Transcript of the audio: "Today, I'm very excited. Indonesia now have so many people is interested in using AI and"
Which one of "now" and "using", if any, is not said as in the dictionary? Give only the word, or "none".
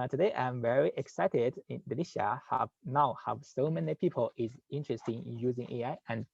none